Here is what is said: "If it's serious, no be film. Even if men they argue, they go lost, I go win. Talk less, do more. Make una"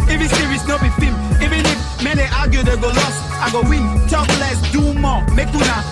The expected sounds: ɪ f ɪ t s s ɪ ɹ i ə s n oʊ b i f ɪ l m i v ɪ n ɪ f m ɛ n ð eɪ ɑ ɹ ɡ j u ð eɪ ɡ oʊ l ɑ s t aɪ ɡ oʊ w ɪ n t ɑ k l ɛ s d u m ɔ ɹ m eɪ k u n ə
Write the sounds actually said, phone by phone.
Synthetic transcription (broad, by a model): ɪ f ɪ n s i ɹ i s n oʊ b i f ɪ m i v ɪ n ɪ f m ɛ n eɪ ɑ ɡ j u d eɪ ɡ oʊ l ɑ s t aɪ ɡ oʊ w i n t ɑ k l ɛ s d u m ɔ m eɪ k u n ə